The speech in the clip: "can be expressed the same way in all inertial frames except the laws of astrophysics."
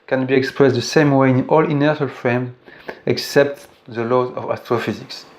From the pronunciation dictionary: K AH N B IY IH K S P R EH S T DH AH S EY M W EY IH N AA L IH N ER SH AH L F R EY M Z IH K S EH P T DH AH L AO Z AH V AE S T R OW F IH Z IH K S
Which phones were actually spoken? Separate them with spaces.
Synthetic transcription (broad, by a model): K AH N B IY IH K S P R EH S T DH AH S EY M W EY IH N AA L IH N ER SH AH L F R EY M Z IH K S EH P T DH AH L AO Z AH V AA S T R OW F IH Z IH K S